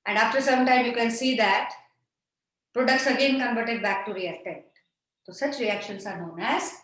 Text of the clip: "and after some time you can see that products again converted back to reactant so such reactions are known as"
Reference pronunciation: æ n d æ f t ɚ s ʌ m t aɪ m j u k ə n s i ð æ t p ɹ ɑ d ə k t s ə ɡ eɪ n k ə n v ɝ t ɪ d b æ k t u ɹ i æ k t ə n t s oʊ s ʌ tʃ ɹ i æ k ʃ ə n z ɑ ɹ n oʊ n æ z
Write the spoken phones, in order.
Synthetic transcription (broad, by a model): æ n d æ f t ɚ s ʌ m t aɪ m j u k ə n s i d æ t p ɹ ɑ d ə k t s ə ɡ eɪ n k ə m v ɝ t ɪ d b æ k t u ɹ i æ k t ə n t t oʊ s ʌ tʃ ɹ i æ k ʃ ə n s ɑ ɹ n oʊ n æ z